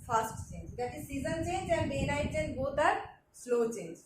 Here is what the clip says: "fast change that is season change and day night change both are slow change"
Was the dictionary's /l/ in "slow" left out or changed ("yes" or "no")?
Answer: no